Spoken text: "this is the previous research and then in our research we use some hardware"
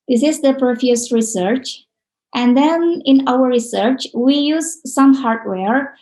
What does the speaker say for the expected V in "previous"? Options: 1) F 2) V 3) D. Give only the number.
1